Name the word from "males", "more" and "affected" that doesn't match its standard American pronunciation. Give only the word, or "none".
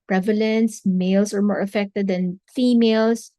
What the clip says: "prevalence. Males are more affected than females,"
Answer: males